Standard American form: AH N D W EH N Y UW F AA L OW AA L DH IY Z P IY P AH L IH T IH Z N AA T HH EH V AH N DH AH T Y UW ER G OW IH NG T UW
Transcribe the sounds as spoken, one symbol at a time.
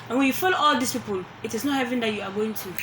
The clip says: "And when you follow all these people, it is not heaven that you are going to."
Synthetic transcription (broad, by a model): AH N W EH N Y UW F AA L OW AA L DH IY S P IY P AH L IH T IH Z N AA T HH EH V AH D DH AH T Y UW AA G OW IH NG T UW